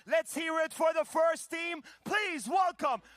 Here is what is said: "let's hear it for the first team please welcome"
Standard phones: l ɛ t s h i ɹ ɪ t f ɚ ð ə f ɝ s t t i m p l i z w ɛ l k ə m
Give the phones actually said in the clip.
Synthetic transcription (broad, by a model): l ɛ t s h i ɹ ɪ t f ɚ ð ə f ɝ s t t i m p l i z w ɛ l k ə m